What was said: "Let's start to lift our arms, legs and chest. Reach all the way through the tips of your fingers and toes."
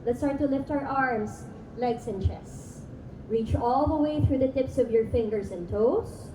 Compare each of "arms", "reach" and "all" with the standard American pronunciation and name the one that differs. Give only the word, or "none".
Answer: arms